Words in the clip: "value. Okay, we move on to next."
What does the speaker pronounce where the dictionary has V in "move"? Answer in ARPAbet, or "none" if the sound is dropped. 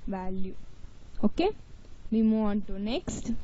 none